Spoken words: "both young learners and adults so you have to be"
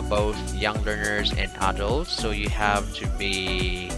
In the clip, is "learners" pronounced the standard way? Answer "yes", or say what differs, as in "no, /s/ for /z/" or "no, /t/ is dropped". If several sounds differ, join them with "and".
yes